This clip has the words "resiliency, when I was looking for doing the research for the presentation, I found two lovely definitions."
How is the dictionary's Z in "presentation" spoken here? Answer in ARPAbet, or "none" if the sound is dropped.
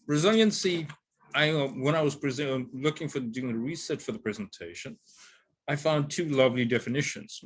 Z